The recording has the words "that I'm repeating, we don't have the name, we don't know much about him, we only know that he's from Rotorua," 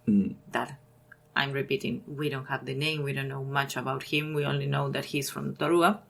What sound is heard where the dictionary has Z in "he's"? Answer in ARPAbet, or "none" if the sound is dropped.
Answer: S